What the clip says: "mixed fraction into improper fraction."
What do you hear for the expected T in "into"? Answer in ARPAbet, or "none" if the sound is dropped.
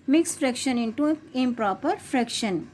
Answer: T